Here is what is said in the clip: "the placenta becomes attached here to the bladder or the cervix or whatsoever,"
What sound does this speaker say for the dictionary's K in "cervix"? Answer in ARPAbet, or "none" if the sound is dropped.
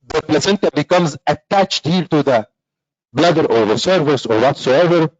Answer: none